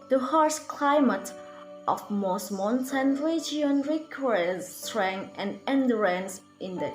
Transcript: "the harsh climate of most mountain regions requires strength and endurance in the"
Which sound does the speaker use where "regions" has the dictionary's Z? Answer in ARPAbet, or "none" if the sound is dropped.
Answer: none